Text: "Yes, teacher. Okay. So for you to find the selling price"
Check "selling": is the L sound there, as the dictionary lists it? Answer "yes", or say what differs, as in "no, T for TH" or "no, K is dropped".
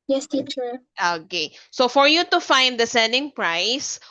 no, N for L